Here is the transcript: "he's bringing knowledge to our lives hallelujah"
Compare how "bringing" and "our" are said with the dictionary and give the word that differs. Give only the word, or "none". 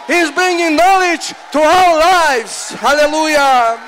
our